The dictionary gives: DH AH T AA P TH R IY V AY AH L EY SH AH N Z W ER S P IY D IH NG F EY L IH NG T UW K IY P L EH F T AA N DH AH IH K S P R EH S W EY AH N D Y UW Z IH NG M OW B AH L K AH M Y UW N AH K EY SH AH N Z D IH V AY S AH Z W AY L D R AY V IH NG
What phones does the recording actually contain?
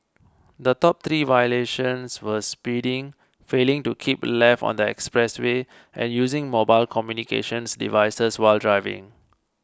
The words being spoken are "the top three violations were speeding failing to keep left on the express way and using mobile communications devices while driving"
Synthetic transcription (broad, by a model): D AH T AA P T R IY V AY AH L EY SH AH N S W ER S P IY D IH NG F EY L IH NG T UW K IY P L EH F AA N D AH IH K S P R EH S W EY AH N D Y UW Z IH NG M OW B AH L K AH M Y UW N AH K EY SH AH N S D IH V AY S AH S W AY L D R AY V IH NG